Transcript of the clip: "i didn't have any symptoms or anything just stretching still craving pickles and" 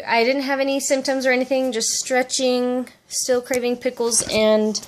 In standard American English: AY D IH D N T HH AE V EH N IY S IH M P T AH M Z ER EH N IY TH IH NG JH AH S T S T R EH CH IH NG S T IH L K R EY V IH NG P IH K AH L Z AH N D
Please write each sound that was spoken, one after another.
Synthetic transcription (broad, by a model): AY D IH D N T HH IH V EH N IY S IH M P T AH M Z ER EH N IY TH IH NG JH AH S T S T R EH CH IH NG S T IH L K R EY V IH NG P IH K L Z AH N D